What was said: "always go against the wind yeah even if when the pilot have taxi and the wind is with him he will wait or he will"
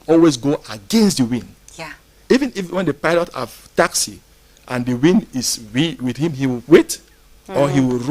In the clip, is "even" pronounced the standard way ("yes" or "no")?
yes